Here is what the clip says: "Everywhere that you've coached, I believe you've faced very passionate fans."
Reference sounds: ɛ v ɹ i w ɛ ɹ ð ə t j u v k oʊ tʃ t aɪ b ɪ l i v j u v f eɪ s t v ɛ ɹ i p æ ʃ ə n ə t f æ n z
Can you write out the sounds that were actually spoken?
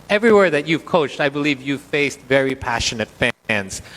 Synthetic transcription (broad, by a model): ɛ v ɹ i w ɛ ɹ ð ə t j u v k oʊ tʃ t aɪ b ɪ l i v j u v f eɪ s t v ɛ ɹ i p æ ʃ ə n ə t f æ n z